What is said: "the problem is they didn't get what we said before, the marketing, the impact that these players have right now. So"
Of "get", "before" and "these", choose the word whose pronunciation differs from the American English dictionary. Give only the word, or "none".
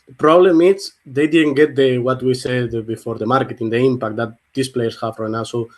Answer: these